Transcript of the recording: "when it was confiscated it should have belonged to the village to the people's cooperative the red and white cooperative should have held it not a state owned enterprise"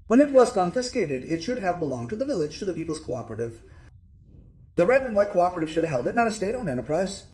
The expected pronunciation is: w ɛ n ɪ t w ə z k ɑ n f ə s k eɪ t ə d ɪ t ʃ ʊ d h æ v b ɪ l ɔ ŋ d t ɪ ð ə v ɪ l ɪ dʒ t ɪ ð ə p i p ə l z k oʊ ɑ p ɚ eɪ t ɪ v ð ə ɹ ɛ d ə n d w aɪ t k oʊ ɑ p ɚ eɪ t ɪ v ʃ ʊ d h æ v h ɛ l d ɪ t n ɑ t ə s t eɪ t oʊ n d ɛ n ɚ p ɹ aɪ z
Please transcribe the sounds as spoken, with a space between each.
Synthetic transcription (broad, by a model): w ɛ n ɪ t w ə z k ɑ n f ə s k eɪ t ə d ɪ t ʃ ʊ d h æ v b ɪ l ɔ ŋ t ɪ ð ə v ɪ l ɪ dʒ t ɪ ð ə p i p l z k oʊ ɑ p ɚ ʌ t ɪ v ð ə ɹ ɛ d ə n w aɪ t k oʊ ɑ p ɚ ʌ t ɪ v ʃ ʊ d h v h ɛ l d ɪ t n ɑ t ə s t eɪ t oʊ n ɛ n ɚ p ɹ aɪ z